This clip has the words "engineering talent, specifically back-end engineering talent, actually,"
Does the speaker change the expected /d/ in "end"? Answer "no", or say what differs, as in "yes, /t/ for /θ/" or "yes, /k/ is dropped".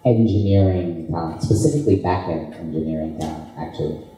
yes, /d/ is dropped